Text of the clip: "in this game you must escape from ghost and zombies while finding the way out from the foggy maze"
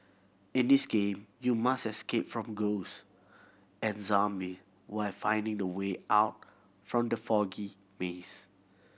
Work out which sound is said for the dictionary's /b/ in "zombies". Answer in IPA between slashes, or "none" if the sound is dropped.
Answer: none